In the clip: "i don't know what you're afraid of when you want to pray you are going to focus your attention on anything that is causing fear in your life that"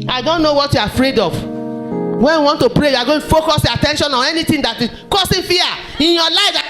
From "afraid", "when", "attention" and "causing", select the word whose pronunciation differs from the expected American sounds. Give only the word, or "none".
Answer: causing